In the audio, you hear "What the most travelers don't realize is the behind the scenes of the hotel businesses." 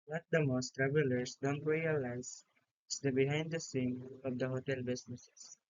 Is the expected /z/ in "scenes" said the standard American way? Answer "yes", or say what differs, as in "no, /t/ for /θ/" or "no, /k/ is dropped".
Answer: no, /z/ is dropped